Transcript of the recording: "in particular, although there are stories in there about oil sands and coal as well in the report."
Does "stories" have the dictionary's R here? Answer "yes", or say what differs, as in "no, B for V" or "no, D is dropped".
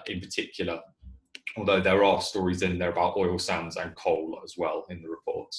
yes